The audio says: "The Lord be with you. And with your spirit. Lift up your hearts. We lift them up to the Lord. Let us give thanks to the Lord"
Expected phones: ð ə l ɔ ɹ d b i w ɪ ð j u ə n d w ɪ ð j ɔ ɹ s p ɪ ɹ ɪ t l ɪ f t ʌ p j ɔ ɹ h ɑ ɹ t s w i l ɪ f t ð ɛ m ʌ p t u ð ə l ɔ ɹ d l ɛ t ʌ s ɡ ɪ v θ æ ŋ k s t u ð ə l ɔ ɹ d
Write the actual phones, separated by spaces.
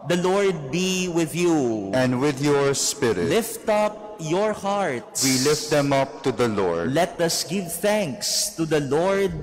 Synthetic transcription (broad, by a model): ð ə l ɔ ɹ d b i w ɪ ð j u ə n d w ɪ ð j ɔ ɹ s p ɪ ɹ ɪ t l ɪ f t ʌ p j ɔ ɹ h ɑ ɹ t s w i l ɪ f t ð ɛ m ʌ p t u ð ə l ɔ ɹ d l ɛ t ʌ s ɡ ɪ v θ æ ŋ k s t u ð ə l ɔ ɹ d